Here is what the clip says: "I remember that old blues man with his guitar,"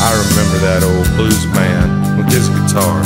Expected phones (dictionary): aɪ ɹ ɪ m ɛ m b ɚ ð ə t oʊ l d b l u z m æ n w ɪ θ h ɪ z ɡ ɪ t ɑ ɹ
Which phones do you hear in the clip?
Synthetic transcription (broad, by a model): aɪ ɹ ɪ m ɛ m b ɚ ð ə t oʊ l d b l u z m æ n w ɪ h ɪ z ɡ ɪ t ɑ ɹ